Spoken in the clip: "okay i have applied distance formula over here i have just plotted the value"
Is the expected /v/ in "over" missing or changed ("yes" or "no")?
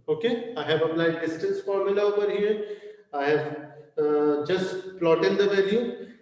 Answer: yes